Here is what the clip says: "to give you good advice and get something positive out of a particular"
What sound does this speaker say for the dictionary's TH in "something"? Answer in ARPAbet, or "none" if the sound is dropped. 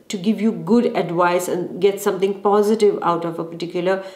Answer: T